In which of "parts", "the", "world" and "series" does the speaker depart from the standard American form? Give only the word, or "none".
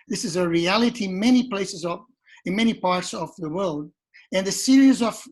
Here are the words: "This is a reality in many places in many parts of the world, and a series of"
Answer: none